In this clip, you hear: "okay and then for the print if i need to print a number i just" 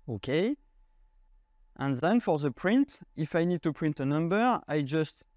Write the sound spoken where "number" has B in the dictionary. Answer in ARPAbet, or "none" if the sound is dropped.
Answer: B